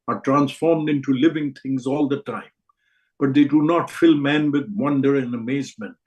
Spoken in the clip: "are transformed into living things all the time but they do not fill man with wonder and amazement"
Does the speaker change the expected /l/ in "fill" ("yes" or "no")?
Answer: no